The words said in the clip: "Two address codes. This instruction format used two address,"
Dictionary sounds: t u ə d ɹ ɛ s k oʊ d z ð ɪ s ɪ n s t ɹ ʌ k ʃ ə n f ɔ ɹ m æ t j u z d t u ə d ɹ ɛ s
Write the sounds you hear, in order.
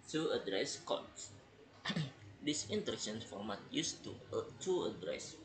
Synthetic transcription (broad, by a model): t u ə d ɹ ɛ s k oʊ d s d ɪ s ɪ n t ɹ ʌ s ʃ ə n f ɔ ɹ m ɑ t j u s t t u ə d ɹ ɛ s